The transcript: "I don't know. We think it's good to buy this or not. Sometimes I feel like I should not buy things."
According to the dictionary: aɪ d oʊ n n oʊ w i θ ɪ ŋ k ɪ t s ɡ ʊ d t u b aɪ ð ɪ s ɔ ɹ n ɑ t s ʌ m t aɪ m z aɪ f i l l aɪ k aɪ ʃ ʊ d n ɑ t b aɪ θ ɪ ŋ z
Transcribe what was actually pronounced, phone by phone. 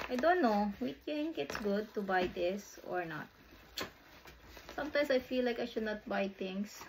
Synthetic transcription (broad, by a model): aɪ d oʊ n n oʊ w i t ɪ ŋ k ɪ t s ɡ ʊ d t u b aɪ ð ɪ s ɔ ɹ n ɑ t s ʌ m t aɪ m s aɪ f i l l aɪ k aɪ ʃ ʊ d n ɑ t b aɪ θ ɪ ŋ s